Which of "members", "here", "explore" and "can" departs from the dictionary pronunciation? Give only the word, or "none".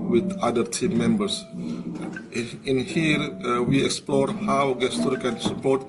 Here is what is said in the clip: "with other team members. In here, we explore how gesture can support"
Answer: members